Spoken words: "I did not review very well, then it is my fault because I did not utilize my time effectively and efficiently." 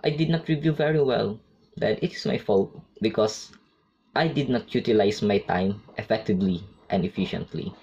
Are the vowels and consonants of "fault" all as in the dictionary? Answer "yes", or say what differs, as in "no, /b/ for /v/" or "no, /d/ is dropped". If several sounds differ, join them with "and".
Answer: yes